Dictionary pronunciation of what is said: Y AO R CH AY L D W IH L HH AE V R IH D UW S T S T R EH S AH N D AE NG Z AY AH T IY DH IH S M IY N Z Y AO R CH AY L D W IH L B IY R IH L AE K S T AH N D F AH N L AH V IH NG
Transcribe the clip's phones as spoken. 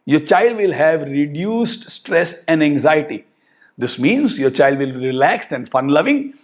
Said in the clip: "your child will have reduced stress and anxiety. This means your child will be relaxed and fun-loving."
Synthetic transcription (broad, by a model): Y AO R CH AY L D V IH L HH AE V R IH D UW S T S T R EH S AH N D AE NG Z AY AH T IY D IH S M IY N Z Y AO R CH AY L D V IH L B IY R IH L AE K S T AH N D F AH N L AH V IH NG